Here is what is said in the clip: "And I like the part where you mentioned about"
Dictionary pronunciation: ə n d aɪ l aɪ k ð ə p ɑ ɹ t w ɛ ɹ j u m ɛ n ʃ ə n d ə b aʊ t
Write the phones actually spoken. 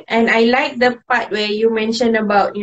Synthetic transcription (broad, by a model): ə n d aɪ l aɪ k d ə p ɑ t w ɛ j u m ɛ n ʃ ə n ə b aʊ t